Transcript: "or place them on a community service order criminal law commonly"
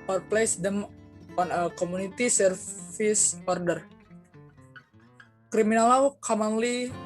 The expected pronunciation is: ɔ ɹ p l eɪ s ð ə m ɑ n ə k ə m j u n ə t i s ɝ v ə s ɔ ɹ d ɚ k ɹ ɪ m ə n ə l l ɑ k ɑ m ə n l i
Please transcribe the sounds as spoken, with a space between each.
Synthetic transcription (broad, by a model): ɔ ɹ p l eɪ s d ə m ɑ n ə k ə m u n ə t i s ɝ f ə s ɔ ɹ d ɚ k ɹ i m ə n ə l l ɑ k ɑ m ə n l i